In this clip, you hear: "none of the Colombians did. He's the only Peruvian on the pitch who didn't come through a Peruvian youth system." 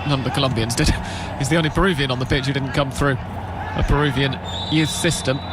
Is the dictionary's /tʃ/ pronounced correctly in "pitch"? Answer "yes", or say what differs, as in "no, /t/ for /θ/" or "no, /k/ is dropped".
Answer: yes